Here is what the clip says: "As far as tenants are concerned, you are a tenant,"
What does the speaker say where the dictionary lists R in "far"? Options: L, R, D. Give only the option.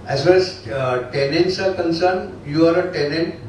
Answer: L